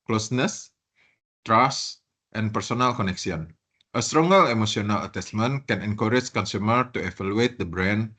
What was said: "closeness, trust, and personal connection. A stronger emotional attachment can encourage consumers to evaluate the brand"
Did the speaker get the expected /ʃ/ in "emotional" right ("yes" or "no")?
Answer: no